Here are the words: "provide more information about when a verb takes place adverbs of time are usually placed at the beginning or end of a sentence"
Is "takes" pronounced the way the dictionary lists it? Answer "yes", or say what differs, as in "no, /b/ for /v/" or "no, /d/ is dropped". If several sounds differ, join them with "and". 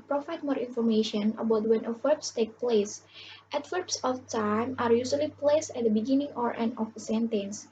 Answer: no, /s/ is dropped